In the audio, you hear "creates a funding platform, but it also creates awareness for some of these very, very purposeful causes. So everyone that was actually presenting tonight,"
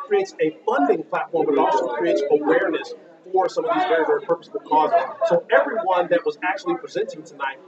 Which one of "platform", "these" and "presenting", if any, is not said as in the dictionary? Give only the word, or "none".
none